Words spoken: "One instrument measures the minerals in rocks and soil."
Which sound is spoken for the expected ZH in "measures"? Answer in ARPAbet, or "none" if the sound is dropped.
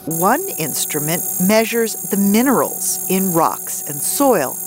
ZH